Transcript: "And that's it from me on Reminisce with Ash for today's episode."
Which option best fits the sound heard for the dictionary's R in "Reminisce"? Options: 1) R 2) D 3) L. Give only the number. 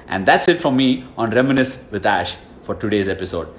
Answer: 1